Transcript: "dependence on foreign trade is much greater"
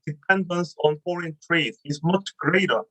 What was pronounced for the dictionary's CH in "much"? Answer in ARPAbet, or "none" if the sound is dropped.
CH